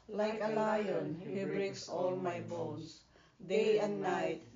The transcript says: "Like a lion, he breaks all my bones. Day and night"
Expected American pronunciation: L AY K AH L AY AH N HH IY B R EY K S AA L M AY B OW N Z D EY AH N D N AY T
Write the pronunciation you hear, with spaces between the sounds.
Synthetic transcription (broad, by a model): L AY K AH L AY AH N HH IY B R EY K S AA L M AY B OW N S D EY AH N D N AY T